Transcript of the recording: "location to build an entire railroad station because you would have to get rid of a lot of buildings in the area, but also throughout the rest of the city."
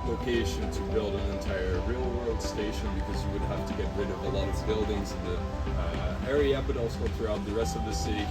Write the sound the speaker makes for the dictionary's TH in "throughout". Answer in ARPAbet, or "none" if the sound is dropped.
TH